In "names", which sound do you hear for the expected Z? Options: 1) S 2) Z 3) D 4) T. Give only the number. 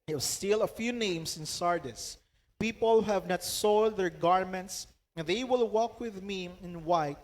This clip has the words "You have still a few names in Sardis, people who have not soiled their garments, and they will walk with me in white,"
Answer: 1